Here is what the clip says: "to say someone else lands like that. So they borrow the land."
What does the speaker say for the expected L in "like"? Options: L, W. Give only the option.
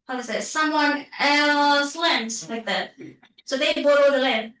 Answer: W